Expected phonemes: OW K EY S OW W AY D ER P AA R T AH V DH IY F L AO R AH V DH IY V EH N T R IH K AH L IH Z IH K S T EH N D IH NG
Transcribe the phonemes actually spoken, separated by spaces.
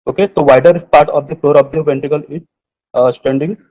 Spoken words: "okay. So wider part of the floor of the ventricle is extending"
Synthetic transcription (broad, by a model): OW K EY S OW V AY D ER P AA R T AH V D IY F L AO R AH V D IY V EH N T IH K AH L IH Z S T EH N D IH NG